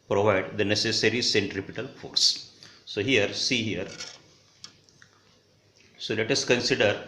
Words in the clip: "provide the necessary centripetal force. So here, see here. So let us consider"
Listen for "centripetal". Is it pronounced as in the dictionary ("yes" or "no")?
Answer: yes